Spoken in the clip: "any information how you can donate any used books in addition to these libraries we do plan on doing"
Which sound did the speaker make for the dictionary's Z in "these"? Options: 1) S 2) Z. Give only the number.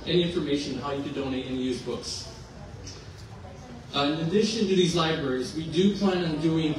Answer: 2